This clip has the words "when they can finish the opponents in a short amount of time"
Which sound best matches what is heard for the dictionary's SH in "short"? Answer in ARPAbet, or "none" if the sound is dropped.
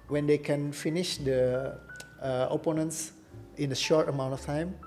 SH